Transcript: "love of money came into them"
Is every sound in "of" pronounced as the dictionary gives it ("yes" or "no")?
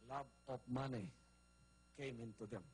no